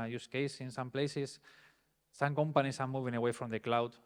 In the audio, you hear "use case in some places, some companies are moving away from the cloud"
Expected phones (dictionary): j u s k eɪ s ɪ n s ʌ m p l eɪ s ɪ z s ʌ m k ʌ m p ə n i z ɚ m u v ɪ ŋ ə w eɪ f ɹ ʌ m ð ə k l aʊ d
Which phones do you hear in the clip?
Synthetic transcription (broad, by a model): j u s k eɪ s ɪ n s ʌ m p l eɪ s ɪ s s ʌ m k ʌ m p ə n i s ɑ m u v ɪ ŋ ə w eɪ f ɹ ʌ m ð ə k l aʊ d